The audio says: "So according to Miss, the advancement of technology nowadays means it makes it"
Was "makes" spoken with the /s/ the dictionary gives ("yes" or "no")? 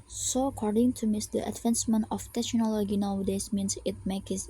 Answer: no